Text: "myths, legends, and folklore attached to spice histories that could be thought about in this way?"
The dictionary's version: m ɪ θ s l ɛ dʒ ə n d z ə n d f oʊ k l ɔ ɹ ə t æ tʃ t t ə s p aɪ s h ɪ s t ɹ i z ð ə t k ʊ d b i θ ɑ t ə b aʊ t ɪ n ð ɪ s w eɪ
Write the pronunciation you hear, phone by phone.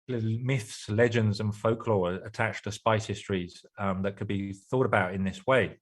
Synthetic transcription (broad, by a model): m ɪ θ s l ɛ dʒ ə n d z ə n f oʊ k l ɔ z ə t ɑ tʃ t t ə s p aɪ s h ɪ s t ɹ i z ð ə t k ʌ d b i θ ɑ t ə b aʊ t ɪ n ð ɪ s w eɪ